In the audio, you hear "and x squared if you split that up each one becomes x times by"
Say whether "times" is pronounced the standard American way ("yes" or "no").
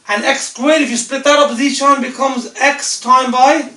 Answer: no